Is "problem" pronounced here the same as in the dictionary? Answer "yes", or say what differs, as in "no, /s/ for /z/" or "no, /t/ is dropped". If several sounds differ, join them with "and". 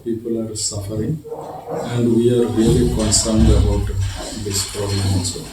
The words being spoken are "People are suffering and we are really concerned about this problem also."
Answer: no, /l/ is dropped